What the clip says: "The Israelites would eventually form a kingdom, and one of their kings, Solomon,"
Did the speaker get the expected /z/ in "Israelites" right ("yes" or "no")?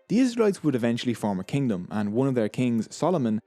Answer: yes